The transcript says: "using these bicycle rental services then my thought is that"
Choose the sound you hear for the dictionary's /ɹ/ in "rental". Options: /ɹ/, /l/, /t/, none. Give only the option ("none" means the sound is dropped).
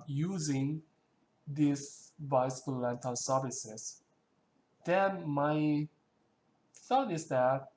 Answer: /l/